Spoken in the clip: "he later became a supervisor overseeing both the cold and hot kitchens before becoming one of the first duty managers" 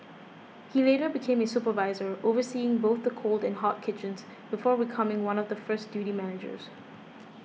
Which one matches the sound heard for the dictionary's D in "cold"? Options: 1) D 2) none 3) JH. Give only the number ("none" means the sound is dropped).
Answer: 1